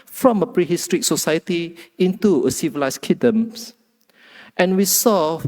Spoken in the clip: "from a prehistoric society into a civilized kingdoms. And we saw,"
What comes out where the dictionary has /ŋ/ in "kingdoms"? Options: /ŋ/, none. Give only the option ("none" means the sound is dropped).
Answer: none